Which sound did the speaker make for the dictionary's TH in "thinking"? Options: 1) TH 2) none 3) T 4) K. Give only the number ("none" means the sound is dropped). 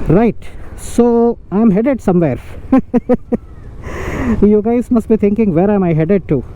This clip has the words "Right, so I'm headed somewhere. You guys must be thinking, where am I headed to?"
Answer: 3